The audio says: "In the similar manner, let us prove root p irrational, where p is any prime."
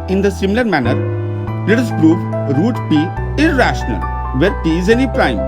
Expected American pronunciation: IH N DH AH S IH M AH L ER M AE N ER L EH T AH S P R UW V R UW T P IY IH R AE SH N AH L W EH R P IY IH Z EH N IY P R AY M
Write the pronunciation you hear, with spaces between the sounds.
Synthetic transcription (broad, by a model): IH N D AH S IH M AH L ER M AE N ER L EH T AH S P R UW V R UW T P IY IH R AE SH N AH L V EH R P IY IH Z EH N IY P R AY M